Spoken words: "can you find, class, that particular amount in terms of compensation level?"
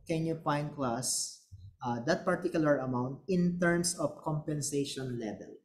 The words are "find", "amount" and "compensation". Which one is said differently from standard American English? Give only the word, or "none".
find